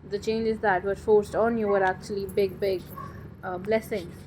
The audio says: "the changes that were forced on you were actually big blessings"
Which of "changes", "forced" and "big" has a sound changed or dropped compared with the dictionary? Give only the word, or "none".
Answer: none